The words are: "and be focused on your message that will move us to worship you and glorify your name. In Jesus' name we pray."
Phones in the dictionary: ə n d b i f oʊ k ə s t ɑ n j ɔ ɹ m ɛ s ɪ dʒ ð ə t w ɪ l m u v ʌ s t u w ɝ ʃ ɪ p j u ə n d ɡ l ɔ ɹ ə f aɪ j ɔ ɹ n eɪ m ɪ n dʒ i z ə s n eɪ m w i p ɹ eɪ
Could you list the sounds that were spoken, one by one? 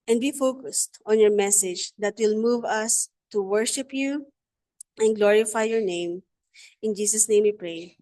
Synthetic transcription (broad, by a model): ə n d b i f oʊ k ə s t ɑ n j ɔ ɹ m ɛ s ɪ dʒ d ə t w ɪ l m u v ʌ s t u w ɝ ʃ ɪ p j u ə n ɡ l ɔ ɹ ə f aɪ j ɔ ɹ n eɪ m ɪ n dʒ i s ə s n eɪ m w i p ɹ eɪ